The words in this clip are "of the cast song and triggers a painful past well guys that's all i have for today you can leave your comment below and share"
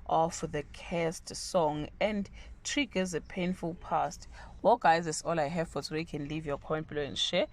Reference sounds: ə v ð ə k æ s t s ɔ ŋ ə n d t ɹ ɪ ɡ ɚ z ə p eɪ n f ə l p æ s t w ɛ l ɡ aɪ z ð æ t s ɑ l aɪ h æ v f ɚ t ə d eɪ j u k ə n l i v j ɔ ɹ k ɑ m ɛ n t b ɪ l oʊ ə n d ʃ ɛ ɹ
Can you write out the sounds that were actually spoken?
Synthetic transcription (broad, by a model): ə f ð ə k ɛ s t s ɔ ŋ ə n d t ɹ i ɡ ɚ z ə p eɪ n f ə l p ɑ s t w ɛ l ɡ aɪ z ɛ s ɑ l aɪ h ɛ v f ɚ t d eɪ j k ə n l i v j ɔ k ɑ ɛ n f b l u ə n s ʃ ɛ